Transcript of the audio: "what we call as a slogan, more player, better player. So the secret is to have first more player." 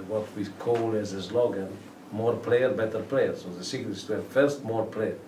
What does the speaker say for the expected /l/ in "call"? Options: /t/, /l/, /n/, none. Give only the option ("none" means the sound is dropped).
/l/